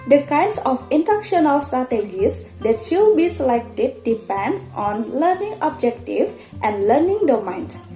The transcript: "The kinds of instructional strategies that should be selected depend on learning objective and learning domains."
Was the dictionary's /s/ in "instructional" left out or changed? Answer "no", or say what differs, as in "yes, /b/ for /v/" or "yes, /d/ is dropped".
yes, /s/ is dropped